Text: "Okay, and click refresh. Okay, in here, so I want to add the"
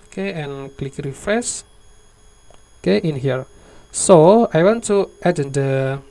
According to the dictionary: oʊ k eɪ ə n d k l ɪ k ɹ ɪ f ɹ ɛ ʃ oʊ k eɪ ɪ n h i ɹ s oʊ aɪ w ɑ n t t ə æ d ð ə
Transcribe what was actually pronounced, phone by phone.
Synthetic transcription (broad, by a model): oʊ k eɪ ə n k l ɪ k ɹ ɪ f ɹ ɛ s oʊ k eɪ ɪ n h i ɹ s oʊ aɪ w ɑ n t t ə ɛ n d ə